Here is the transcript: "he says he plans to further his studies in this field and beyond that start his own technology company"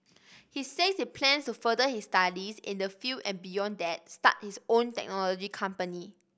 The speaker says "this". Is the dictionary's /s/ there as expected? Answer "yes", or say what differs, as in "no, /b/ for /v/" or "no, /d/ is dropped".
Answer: no, /s/ is dropped